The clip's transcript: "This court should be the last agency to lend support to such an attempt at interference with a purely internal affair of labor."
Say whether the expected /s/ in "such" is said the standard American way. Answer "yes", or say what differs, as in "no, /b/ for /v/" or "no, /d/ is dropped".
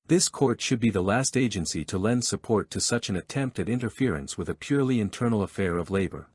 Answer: yes